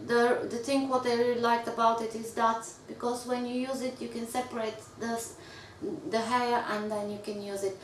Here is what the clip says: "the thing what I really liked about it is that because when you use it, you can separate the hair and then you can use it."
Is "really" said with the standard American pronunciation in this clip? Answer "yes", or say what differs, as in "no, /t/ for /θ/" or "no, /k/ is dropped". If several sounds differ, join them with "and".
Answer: no, /l/ is dropped